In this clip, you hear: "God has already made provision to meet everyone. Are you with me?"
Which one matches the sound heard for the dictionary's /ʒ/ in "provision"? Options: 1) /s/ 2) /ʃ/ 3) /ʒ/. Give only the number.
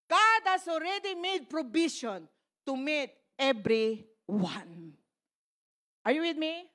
2